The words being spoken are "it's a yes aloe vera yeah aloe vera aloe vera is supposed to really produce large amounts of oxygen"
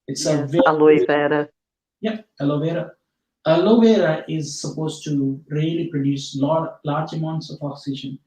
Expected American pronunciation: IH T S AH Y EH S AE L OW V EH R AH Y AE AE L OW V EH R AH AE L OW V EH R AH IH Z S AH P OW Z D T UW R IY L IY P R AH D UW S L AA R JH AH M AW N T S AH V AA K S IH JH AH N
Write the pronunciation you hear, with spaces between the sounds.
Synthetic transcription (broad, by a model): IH T S AH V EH AA L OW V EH R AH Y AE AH L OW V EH R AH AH L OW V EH R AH IH Z S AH P OW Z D T UW R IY L IY P R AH D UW S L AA L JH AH M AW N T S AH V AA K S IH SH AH N